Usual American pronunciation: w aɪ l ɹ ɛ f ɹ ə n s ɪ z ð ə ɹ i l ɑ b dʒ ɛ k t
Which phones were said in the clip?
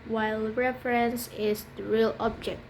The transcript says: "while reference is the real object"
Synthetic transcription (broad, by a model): w aɪ l ɹ ɛ f ɹ ə n s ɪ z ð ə ɹ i l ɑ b dʒ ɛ k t